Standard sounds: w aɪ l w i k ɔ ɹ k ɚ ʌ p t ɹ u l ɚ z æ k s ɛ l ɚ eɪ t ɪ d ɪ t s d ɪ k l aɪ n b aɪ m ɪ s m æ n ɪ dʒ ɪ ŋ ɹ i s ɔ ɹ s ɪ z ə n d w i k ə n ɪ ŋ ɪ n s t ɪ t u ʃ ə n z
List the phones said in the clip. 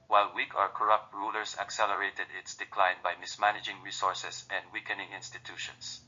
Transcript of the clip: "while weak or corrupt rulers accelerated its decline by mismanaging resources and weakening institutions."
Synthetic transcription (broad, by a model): w aɪ l w i k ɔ ɹ k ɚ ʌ p t ɹ u l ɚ s æ k s ɛ l ɚ eɪ t ɪ d ɪ t s d ɪ k l aɪ n b aɪ m ɪ s m æ n ɪ dʒ ɪ ŋ ɹ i s ɔ ɹ s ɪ s ə n d w i k ə n ɪ ŋ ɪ n s t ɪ t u ʃ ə n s